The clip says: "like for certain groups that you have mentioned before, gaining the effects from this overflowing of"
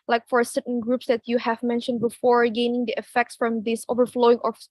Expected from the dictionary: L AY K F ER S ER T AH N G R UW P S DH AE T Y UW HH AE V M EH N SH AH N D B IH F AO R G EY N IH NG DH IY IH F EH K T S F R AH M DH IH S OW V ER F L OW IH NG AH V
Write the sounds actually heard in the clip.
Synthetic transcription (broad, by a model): L AY K F ER S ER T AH N G R UW P S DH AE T Y UW HH AE V M EH N SH AH N D B IH F AO R G EY N IH NG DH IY IH F EH K T S F R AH M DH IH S OW V ER F L OW IH NG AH